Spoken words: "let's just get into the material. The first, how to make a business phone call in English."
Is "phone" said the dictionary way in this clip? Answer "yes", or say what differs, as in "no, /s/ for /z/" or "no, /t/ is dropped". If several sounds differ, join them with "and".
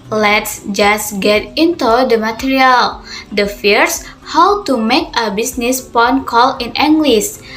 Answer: no, /p/ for /f/